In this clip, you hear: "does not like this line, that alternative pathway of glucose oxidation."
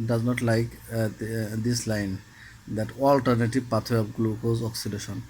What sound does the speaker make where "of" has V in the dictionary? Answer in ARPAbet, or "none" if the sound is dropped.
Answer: P